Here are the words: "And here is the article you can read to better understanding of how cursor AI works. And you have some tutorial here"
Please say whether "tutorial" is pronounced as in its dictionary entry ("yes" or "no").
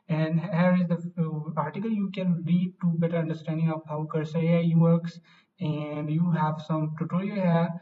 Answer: no